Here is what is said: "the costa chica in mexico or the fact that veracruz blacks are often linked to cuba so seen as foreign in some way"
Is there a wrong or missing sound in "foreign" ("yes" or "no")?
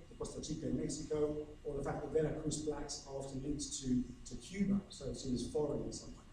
yes